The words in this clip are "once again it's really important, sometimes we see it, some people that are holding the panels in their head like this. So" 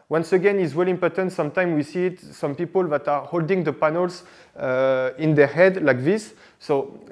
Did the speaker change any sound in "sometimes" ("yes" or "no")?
yes